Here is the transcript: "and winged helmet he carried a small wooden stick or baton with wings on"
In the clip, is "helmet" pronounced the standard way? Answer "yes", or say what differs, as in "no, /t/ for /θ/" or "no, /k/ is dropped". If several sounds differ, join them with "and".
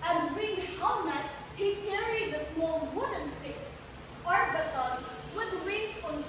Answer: no, /l/ is dropped